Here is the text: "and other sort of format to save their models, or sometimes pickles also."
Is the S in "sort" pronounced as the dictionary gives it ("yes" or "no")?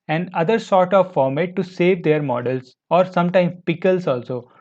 yes